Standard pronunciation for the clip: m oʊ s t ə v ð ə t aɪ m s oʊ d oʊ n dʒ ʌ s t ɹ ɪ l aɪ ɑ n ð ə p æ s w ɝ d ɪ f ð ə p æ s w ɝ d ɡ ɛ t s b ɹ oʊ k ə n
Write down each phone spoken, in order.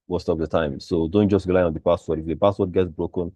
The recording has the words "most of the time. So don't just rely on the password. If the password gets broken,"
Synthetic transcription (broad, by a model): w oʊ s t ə p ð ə t aɪ m s oʊ d oʊ n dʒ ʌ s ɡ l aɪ ɑ n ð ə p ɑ s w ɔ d ɪ f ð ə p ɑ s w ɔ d ɡ ɛ t s b ɹ oʊ k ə n